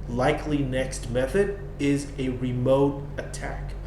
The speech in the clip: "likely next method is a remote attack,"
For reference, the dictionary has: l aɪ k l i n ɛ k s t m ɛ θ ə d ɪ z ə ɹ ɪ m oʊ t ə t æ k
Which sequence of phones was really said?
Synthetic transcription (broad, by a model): l aɪ k l i n ɛ k s t m ɛ θ ə d ɪ z ə ɹ ɪ m oʊ t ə t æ k